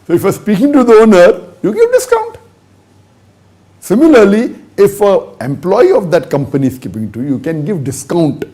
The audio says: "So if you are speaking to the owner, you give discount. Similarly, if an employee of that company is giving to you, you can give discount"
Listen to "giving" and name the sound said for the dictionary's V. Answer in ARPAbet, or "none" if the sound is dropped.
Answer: P